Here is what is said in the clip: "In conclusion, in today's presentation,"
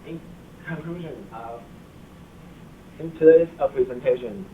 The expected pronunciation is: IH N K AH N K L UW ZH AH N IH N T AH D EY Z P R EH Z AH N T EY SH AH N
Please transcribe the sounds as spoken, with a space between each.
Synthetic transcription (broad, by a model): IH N K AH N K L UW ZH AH N IH N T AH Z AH P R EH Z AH N T EY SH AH N